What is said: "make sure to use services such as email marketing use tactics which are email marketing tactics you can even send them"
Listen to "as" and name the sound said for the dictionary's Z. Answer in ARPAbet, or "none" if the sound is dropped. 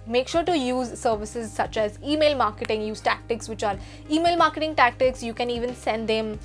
Z